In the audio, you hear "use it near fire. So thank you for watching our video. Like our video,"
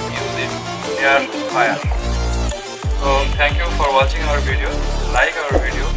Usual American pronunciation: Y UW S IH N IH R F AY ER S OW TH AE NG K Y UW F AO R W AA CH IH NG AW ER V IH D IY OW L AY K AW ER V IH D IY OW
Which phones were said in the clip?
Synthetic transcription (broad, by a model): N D IH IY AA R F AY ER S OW T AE NG K Y UW F AO R W AA CH IH NG AW ER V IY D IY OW L AY K AW ER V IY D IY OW